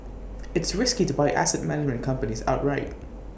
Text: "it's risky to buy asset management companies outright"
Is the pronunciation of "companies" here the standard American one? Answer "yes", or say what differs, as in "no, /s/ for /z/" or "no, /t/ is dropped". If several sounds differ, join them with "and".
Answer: yes